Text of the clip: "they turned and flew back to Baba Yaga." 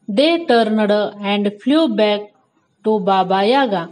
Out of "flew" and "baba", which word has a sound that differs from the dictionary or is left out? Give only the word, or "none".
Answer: flew